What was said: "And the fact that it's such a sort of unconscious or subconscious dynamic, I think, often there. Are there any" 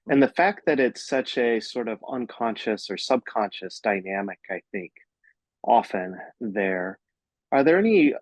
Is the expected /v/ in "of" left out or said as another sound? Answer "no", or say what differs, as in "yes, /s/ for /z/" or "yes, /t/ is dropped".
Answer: no